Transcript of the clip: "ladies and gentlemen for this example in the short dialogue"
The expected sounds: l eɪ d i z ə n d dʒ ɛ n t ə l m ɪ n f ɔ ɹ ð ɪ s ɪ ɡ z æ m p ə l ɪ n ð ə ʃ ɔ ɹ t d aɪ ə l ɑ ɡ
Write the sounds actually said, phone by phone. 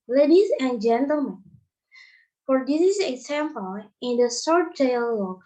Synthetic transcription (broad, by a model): l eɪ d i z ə n dʒ ɛ n t ə l m ɪ n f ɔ ɹ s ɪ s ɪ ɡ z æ m p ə l ɪ n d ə s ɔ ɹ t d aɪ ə l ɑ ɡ